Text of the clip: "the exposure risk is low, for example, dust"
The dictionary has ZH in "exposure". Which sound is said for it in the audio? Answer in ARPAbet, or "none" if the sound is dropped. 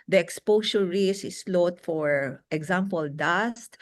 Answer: S